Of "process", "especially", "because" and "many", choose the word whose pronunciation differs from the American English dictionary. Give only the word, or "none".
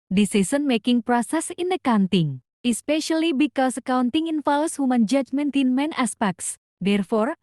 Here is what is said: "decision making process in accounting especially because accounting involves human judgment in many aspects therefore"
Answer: because